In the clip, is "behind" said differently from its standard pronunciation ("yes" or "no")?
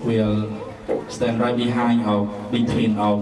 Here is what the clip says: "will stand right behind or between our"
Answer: yes